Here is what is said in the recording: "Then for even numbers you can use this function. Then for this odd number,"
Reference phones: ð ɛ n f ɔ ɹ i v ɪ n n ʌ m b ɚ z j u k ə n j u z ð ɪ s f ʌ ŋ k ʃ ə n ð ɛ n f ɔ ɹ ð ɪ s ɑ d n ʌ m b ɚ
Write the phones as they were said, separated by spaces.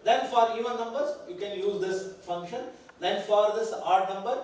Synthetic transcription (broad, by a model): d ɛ n f ɔ ɹ i v ɪ n n ʌ m b ɚ z j u k ə n j u z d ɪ s f ʌ ŋ k ʃ ə n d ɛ n f ɔ ɹ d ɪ s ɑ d n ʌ m b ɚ